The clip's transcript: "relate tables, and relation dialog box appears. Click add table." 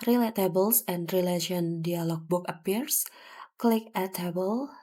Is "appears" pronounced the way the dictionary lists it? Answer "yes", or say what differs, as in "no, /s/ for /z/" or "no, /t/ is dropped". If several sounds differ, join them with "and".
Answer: no, /s/ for /z/